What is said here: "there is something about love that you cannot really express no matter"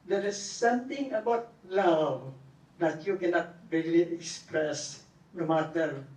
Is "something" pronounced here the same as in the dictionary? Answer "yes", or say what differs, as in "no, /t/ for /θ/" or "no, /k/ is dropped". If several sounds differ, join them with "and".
no, /t/ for /θ/